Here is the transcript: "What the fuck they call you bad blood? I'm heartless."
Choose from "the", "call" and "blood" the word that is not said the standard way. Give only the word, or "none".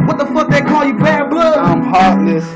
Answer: blood